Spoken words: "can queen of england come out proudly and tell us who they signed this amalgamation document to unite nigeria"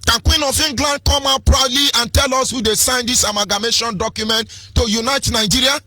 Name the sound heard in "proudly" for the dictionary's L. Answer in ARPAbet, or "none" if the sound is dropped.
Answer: L